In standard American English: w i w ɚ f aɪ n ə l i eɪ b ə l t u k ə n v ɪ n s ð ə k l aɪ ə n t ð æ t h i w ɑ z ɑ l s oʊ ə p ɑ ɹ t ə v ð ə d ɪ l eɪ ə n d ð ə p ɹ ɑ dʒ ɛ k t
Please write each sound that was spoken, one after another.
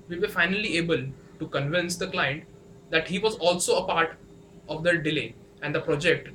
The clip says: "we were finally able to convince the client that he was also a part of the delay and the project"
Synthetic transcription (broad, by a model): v i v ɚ f aɪ n ə l i eɪ b ə l t u k ə n v ɪ n s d ə k l aɪ ə n t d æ t h i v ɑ z ɑ l s oʊ ə p ɑ ɹ t ə v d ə d ɪ l eɪ ə n d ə p ɹ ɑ dʒ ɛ k t